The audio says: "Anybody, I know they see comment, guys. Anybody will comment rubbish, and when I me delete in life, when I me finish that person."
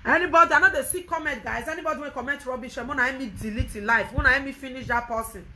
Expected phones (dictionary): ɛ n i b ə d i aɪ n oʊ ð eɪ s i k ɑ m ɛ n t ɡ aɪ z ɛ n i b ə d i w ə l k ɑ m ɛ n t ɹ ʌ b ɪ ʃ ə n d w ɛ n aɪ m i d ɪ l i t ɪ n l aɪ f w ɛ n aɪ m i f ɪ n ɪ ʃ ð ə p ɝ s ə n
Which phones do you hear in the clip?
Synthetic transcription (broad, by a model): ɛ n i b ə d i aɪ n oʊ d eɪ s i k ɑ m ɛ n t ɡ aɪ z ɛ n i b ə d i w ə n k ɑ m ɛ n t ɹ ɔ b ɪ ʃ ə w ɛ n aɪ m i d ɪ l i t ɪ n l aɪ f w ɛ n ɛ m i f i n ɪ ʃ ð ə p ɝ s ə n